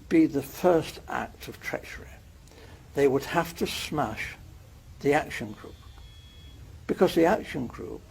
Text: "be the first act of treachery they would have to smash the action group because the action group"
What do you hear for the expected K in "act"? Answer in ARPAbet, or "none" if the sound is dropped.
K